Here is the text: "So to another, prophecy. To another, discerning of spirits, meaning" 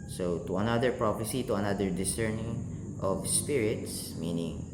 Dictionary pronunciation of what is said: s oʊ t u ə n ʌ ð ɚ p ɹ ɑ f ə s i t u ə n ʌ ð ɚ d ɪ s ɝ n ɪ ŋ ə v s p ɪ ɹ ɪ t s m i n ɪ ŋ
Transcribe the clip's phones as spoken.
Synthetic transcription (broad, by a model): s oʊ t u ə n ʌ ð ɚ p ɹ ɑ p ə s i t u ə n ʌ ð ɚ d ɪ s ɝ n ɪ ŋ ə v s p ɪ ɹ ɪ t s m i n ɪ ŋ